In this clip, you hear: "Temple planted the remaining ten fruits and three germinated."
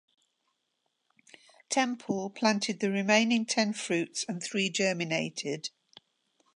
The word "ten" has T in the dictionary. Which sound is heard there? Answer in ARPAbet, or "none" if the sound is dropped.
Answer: T